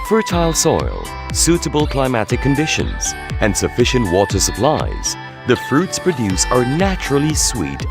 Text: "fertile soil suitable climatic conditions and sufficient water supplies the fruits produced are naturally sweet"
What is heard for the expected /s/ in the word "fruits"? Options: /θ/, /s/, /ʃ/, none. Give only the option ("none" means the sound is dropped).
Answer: /s/